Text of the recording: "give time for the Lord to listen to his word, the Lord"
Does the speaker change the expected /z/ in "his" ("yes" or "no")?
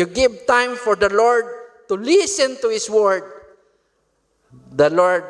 yes